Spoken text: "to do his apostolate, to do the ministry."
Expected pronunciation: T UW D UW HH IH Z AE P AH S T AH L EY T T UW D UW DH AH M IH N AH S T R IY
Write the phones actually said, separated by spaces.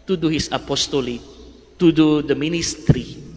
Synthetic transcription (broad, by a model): T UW D UW HH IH S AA P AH S T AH L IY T T UW D UW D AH M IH N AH S T R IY